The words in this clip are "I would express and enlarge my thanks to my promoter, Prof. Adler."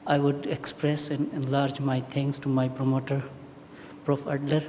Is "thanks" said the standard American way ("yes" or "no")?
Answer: no